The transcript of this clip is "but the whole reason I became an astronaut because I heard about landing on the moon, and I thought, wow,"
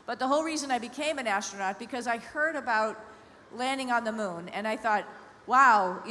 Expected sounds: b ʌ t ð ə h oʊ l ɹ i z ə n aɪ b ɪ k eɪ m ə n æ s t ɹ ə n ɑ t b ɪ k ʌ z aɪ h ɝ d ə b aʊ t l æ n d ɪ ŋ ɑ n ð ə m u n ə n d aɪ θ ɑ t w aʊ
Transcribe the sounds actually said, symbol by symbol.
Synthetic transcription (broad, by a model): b ʌ t ð ə h oʊ l ɹ i z ə n aɪ b ɪ k eɪ m ə n æ s t ɹ ə n ɑ t b ɪ k ʌ z aɪ h ɝ d ə b aʊ t l æ n d ɪ ŋ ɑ n ð ə m u n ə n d aɪ θ ɑ t w aʊ